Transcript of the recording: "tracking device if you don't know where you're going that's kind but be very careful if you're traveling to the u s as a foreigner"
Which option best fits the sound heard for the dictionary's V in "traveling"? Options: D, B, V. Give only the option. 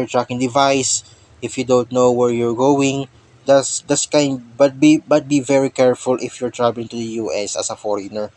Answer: B